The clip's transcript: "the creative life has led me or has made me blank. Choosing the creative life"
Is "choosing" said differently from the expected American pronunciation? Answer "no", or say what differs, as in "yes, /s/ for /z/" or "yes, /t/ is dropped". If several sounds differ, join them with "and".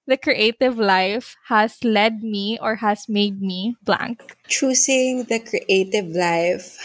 yes, /s/ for /z/